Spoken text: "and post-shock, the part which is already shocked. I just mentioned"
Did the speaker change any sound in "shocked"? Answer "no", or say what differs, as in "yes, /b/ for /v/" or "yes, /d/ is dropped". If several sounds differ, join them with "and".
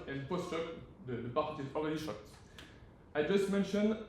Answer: no